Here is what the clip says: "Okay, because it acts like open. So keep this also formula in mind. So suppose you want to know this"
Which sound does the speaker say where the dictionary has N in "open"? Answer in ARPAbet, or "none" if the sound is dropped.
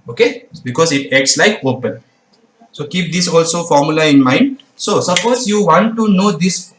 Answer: L